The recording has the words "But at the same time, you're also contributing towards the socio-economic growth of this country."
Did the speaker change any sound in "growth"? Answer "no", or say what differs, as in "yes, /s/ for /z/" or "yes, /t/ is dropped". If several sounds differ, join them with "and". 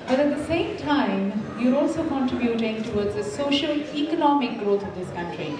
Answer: yes, /t/ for /θ/